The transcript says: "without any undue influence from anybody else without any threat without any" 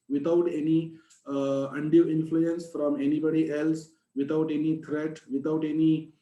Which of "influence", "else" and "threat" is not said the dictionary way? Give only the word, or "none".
threat